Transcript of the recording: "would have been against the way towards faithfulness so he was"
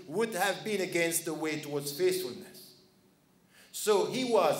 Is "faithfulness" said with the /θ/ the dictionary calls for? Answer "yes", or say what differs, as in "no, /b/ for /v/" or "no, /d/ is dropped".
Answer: no, /s/ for /θ/